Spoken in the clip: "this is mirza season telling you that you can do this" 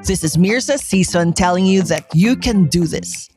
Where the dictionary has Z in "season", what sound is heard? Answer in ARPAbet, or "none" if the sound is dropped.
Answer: S